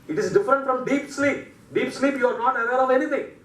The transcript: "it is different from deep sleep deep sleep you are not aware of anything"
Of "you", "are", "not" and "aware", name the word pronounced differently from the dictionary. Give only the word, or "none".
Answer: aware